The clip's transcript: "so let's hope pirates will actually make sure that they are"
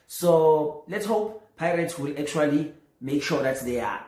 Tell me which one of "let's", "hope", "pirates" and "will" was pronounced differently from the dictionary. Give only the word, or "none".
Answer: none